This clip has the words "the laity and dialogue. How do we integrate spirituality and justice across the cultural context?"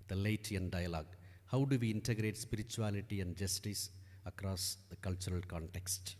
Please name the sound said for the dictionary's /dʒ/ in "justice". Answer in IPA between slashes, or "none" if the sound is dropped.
/dʒ/